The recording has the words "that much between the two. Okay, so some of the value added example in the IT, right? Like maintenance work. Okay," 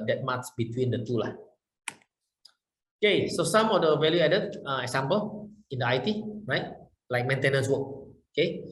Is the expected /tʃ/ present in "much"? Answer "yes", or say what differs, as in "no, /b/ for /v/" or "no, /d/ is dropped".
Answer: no, /s/ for /tʃ/